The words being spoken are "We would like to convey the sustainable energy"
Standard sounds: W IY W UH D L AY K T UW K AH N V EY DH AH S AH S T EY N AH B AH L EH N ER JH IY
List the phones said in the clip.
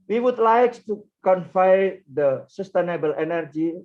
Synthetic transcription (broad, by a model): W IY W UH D L AY K T UW K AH N F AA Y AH S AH S T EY N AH B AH L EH N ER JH IY